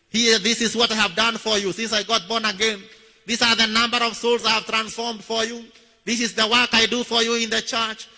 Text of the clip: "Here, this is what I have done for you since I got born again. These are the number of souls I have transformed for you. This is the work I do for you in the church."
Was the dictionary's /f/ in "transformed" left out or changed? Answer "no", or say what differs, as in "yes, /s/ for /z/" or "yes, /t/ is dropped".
no